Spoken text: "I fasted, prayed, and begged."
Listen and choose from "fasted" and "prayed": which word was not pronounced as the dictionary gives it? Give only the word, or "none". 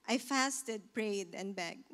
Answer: none